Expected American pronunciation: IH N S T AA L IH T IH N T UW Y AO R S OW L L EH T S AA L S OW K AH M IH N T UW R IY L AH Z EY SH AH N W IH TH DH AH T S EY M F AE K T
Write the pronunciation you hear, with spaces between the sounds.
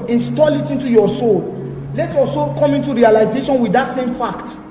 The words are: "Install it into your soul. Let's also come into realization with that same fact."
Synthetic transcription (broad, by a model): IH N S T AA L IH T IH N T UW Y AO S OW L L EH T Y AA S OW K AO M IH N T UW R IY L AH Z EY SH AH N W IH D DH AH T S EY M F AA K T